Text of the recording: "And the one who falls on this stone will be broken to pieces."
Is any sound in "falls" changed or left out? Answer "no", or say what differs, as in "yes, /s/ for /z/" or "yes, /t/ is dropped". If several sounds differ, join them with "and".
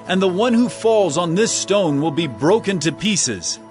no